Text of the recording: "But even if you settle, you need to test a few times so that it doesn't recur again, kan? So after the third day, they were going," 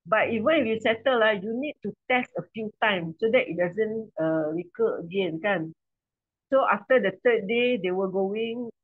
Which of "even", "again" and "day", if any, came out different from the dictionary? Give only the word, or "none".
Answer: none